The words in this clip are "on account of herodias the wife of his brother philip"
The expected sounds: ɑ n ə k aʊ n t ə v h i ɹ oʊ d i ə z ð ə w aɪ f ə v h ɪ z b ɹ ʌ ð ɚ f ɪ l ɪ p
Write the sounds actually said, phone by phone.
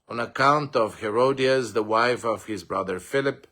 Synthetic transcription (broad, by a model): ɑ n ə k aʊ n t ə v h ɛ ɹ oʊ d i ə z ð ə w aɪ f ə v h ɪ z b ɹ ʌ ð ɚ f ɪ l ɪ p